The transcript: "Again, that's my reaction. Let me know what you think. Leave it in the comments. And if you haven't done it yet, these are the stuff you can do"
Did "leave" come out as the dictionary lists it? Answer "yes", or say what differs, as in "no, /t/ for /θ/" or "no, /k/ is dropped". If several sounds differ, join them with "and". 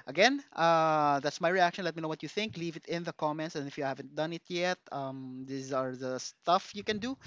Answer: yes